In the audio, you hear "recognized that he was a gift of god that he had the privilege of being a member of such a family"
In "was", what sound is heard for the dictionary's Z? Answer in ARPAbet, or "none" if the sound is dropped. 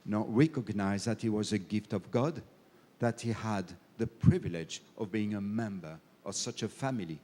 Z